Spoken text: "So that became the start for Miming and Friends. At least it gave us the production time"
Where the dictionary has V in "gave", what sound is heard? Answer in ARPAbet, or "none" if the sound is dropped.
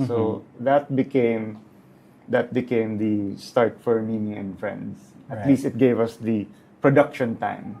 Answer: V